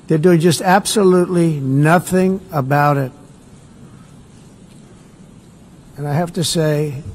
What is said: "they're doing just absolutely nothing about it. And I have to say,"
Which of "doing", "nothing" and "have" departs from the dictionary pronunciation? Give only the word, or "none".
have